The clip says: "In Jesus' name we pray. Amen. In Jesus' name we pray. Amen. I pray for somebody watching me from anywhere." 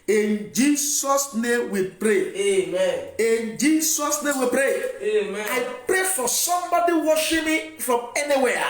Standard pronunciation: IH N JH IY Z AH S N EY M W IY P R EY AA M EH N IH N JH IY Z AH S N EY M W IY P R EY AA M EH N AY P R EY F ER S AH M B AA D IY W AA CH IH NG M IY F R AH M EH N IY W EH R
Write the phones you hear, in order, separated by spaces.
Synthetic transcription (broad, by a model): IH N JH IY S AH S N EY M W IY P R EY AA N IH N JH IY S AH S N EY M W IY P R EY AA IH P R EY F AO S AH M B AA D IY W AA SH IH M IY F R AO M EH N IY W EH